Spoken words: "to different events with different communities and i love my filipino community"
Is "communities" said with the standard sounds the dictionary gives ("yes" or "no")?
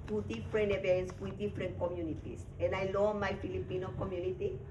no